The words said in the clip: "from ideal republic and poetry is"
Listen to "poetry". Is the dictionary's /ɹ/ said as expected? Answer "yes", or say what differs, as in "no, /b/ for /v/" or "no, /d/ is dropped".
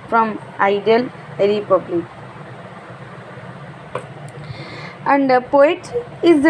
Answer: no, /ɹ/ is dropped